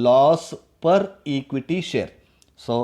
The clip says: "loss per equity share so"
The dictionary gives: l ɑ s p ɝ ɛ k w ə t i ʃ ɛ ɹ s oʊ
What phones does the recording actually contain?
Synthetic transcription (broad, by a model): l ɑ s p ɝ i k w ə t i ʃ ɛ ɹ s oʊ